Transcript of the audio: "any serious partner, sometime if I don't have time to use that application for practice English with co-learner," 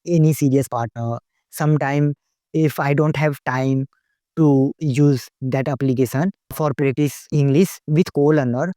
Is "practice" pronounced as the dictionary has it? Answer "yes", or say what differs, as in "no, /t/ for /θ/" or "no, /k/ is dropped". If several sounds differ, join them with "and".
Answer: no, /k/ is dropped